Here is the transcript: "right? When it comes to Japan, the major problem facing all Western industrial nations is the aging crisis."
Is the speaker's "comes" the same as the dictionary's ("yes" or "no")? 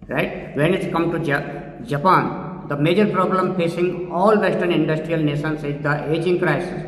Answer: no